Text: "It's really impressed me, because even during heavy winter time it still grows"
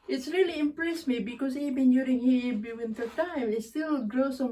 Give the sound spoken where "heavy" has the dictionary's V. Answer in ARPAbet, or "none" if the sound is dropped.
B